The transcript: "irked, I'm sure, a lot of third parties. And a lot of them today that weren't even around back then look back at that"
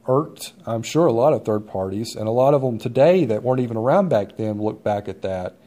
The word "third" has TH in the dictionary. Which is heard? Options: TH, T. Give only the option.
TH